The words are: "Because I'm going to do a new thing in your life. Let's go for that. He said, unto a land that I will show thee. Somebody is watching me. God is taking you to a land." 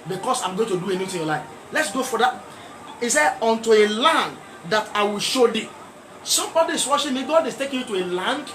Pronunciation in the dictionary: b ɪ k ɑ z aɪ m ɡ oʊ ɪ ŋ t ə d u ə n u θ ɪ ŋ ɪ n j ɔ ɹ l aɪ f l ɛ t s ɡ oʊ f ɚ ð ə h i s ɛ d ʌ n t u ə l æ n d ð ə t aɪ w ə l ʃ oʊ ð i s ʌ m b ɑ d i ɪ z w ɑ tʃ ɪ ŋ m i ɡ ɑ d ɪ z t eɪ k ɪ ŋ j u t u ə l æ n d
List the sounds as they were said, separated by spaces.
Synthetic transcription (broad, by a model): b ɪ k ɑ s aɪ m ɡ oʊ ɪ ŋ t ə d u ə n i t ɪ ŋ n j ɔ l aɪ f l ɛ t s ɡ oʊ f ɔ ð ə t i s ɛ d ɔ n t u ə l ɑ n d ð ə t aɪ w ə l ʃ oʊ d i s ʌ m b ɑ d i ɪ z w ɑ ʃ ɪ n m i ɡ ɑ d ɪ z t eɪ k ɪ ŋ j u t u ə l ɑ n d